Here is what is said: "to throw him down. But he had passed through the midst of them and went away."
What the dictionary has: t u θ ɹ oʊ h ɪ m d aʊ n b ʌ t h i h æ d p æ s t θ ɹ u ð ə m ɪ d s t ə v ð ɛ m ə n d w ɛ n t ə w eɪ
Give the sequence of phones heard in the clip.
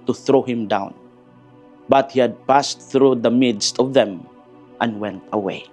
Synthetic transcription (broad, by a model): t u θ ɹ oʊ h ɪ m d aʊ n b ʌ t h i h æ d p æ s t θ ɹ u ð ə m ɪ d s t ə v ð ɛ m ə n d w ɛ n t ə w eɪ